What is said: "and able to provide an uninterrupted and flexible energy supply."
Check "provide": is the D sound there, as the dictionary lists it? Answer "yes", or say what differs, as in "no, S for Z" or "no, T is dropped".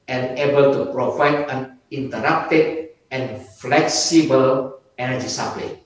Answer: no, D is dropped